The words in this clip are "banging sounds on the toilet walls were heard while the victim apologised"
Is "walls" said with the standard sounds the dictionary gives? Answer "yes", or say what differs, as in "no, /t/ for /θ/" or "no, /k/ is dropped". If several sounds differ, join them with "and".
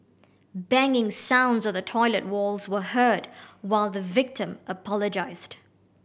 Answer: yes